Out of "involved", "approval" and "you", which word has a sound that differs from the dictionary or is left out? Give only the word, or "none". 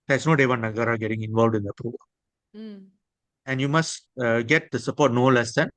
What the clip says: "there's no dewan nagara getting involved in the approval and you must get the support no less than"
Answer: none